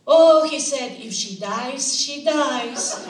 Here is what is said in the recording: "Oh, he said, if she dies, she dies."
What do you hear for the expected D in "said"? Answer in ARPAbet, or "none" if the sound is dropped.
D